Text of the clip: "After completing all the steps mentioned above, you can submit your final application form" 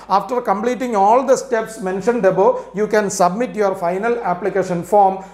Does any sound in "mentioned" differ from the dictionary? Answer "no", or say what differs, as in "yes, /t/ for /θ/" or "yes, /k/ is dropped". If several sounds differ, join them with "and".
no